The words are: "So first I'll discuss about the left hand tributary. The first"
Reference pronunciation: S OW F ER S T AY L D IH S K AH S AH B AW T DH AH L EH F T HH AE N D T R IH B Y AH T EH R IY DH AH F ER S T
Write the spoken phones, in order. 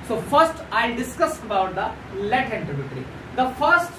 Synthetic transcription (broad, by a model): S OW F ER S T AY D IH S K AH S AH B AW T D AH L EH T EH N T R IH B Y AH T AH R IY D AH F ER S T